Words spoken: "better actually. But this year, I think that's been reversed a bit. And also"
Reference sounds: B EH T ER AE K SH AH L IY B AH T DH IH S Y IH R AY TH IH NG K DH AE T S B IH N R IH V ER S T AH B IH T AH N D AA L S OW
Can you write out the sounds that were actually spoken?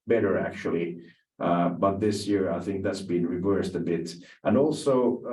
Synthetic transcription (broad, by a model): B EH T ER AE K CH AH L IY B AH T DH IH S Y IH R AY TH IH NG K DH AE T S B IH N R IH V ER S T AH B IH T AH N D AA L S OW